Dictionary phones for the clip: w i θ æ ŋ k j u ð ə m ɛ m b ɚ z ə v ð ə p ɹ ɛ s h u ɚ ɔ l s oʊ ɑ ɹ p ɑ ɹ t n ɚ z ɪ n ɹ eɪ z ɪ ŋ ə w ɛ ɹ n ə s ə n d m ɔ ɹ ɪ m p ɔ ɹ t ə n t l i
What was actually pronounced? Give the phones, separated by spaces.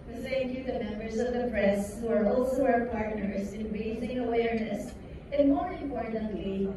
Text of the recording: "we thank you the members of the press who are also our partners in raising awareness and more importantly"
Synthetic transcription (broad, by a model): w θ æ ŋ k j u ð ə m ɛ m b ɚ z ə v ð ə p ɹ ɛ s h u ɚ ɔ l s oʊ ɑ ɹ p ɑ ɹ t n ɚ z ɪ n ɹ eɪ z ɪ ŋ ə w ɛ ɹ n ə s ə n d m ɔ ɹ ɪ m p ɔ ɹ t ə n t l i